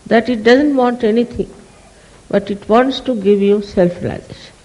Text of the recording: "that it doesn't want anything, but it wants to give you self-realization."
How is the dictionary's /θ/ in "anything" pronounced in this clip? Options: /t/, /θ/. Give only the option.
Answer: /t/